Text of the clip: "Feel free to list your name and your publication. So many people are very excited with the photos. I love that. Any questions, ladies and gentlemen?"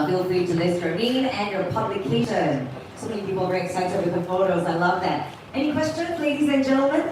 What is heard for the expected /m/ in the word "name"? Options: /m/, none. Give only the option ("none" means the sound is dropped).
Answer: none